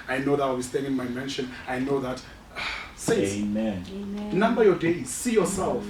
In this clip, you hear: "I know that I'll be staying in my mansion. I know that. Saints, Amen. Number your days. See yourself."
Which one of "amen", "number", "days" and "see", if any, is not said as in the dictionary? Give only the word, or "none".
none